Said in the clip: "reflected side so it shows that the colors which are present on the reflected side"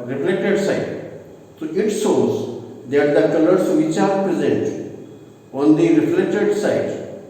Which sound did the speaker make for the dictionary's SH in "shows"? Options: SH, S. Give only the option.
S